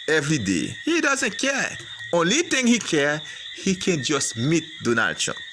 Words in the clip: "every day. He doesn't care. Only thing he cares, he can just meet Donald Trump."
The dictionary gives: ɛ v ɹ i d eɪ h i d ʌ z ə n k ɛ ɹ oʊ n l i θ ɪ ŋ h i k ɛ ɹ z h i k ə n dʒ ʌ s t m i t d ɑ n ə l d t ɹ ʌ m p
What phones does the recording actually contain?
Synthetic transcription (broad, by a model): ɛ v ɹ i d eɪ h i d ʌ z ə n k ɛ ɹ oʊ n l i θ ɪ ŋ h i k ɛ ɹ h i k ə n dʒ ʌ s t m i t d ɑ n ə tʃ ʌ